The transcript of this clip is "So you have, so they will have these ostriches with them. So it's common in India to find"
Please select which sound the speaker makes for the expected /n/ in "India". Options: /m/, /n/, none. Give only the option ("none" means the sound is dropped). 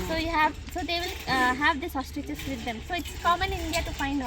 /n/